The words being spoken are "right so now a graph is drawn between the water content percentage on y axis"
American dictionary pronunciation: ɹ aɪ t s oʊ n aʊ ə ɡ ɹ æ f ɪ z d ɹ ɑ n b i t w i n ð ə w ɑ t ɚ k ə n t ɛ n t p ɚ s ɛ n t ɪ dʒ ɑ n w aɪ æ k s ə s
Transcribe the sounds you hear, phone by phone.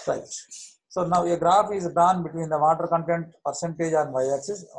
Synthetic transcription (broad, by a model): ɹ aɪ t s oʊ n aʊ ə ɡ ɹ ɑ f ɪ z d ɑ n b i t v i n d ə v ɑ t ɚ k ə n t ɛ n t p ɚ s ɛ n t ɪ dʒ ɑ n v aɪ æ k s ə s